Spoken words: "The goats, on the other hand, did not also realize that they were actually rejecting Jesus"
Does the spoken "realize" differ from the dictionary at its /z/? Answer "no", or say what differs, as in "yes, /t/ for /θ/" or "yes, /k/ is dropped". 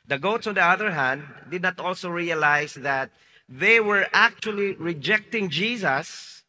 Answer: yes, /s/ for /z/